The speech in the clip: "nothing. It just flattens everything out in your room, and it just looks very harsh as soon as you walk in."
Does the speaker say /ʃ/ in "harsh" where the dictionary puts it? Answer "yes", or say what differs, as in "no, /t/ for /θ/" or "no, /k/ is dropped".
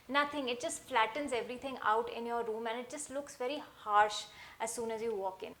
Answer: yes